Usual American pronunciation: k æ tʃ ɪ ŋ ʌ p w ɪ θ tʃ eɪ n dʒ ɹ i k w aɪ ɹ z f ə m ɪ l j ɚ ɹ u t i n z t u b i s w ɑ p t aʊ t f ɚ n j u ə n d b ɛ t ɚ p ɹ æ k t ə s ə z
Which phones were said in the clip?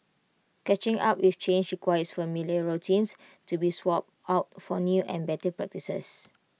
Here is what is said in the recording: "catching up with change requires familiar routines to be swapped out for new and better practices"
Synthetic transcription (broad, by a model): k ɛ tʃ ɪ ŋ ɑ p w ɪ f tʃ eɪ n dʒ ɹ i k w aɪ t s f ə m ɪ l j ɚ ɹ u t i n s t u b i s w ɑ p aʊ t f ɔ n j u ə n b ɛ t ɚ p ɹ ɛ k t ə s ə s